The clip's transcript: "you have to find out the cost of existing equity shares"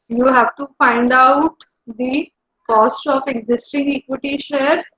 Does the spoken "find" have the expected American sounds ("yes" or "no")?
yes